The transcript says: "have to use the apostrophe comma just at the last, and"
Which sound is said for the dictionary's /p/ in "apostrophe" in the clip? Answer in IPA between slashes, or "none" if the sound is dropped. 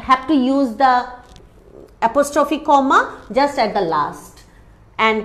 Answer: /p/